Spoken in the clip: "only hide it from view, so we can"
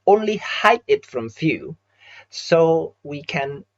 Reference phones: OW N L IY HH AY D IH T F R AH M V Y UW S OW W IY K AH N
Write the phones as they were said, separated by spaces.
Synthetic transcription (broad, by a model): OW N L IY HH AY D IH T F R AH M F Y UW S OW W IY K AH N